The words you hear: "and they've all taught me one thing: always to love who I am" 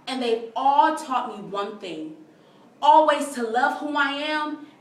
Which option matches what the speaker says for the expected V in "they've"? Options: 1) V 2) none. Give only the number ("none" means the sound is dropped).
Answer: 2